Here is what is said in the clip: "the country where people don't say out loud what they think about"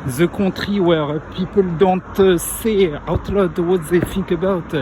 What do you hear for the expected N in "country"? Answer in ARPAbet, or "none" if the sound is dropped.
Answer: none